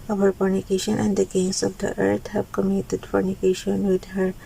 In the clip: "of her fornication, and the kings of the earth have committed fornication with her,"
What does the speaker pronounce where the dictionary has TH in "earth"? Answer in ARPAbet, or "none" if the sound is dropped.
T